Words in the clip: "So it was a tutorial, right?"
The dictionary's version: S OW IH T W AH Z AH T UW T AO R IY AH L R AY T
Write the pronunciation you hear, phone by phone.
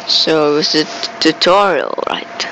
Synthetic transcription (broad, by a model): S OW IH T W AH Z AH T UW T AO R IY AH L R AY T